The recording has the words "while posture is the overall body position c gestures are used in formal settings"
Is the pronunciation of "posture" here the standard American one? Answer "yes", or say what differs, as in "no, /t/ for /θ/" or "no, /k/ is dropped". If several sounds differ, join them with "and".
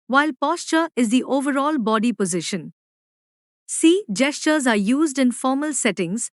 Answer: yes